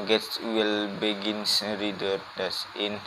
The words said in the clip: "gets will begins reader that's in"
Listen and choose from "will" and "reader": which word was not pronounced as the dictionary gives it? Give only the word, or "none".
none